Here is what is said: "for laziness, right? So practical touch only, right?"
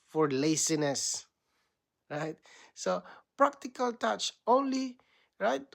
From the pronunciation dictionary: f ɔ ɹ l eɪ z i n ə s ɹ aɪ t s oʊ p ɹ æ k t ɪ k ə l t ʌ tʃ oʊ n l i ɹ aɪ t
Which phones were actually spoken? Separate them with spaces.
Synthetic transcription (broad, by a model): f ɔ ɹ l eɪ s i n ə s ɹ aɪ t s oʊ p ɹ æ k t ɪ k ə l t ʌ tʃ oʊ n l i ɹ aɪ t